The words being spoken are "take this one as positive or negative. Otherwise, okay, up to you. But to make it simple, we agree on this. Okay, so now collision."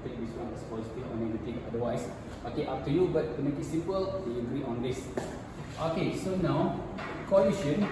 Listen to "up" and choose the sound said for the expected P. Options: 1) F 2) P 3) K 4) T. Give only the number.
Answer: 1